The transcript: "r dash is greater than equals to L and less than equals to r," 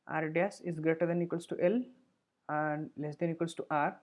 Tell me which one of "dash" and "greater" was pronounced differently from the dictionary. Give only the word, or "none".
dash